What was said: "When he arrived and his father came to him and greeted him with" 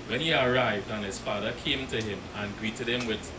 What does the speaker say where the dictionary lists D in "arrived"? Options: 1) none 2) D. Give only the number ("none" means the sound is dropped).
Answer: 2